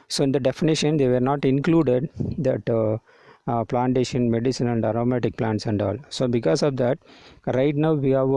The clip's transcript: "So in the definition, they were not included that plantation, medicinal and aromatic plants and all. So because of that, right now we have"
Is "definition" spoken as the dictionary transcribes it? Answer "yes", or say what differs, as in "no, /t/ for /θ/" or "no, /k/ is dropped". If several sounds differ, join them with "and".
yes